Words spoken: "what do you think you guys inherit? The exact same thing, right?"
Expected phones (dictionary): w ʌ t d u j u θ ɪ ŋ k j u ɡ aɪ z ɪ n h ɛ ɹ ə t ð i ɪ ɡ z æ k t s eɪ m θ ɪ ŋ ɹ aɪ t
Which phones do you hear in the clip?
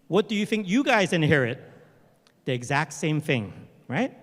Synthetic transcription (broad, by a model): w ʌ t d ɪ j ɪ θ ɪ ŋ k j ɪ ɡ aɪ z ɪ n h ɛ ɹ ə t ð i ɪ ɡ z æ k t s eɪ m θ ɪ ŋ ɹ aɪ t